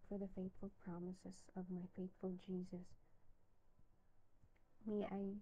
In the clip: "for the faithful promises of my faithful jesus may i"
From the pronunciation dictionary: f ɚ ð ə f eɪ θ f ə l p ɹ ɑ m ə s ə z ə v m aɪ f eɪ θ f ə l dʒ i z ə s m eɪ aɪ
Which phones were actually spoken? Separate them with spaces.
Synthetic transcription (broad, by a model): f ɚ ð ə f eɪ θ f ə l p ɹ ɑ m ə s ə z ə v m aɪ f eɪ θ f ə l dʒ i z ə s m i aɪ